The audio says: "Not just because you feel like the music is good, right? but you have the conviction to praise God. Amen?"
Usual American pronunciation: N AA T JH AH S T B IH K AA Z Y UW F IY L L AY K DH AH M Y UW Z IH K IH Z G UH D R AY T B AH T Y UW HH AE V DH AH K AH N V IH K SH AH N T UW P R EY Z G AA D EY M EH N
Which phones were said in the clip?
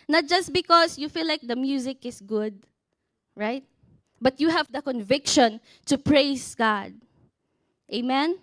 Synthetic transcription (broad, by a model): N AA T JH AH S T B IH K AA S Y UW F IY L L AY K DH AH M Y UW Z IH K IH S G UH D R AY T B AH T Y UW HH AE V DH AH K AH N V IH K SH AH N T UW P R EY S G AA D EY M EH N